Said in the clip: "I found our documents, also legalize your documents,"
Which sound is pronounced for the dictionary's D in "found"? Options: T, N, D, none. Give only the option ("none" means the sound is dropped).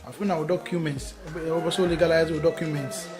none